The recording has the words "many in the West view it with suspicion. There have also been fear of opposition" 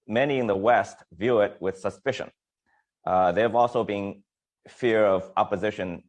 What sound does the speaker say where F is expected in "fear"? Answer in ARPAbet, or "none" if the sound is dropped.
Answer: F